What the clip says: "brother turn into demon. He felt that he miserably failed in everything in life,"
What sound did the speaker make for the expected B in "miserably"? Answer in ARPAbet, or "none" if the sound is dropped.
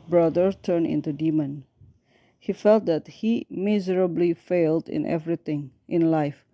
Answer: B